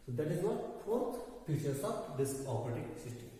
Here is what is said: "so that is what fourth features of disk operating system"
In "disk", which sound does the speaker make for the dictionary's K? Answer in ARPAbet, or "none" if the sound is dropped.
none